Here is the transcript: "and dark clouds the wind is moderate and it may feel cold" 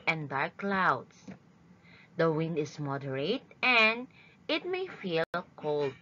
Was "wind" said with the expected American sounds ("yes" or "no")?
yes